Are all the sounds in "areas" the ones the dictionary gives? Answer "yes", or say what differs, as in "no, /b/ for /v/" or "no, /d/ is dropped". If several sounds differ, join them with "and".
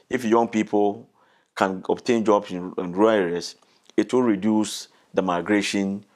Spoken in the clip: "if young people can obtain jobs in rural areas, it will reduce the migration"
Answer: no, /s/ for /z/